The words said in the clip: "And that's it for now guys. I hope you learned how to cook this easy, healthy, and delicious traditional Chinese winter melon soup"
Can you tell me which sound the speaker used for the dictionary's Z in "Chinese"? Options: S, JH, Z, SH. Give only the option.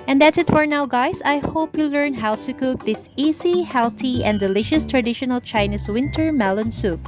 S